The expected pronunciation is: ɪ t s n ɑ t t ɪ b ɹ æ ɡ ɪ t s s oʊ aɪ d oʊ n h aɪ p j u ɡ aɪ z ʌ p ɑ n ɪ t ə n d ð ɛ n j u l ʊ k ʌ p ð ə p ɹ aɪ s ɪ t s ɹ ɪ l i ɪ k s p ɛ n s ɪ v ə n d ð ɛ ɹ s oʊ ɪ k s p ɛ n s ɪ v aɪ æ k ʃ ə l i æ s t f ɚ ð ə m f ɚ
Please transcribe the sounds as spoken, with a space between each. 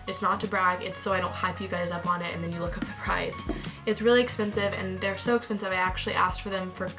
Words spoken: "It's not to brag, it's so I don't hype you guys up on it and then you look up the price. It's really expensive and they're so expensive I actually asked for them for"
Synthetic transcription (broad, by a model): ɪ t s n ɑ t t ɪ b ɹ æ ɡ ɪ t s s oʊ aɪ d oʊ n h aɪ p j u ɡ aɪ z ʌ p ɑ n ɪ t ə n ð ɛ n j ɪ l ʊ k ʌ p ð ə p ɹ aɪ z ɪ t s ɹ ɪ l i ɪ k s p ɛ n s ɪ v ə n ð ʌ ɹ s oʊ ɪ k s p ɛ n s ɪ v aɪ æ k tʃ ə l i æ s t f ɚ ð ə m f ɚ